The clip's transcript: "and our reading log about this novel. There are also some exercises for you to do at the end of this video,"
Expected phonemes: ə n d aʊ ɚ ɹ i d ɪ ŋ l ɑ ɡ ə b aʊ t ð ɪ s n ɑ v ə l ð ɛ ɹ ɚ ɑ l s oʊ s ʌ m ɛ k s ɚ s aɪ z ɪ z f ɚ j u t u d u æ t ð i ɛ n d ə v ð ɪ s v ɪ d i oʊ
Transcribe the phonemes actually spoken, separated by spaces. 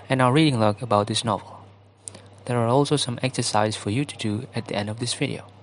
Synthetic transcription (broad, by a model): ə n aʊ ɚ ɹ i d ɪ ŋ l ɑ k ə b aʊ t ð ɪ s n ɑ v ə l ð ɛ ɹ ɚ ɑ l s oʊ s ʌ m ɛ k s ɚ s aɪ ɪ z f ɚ j u t u d u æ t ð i ɛ n d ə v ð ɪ s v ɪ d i oʊ